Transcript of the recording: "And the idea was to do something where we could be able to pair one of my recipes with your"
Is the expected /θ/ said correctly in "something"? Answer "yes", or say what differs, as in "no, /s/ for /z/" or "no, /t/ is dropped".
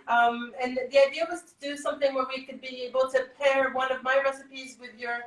yes